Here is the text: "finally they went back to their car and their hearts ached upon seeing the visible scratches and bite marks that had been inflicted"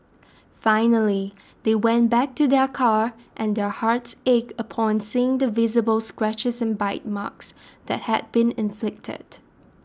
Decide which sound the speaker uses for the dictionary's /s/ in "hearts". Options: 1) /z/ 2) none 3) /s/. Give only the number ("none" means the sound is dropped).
3